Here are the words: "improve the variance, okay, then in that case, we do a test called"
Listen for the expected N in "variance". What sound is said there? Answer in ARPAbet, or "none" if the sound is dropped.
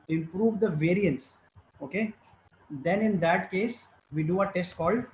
N